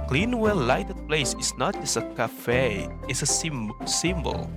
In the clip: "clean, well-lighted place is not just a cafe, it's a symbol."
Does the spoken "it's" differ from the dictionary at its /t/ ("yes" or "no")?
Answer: yes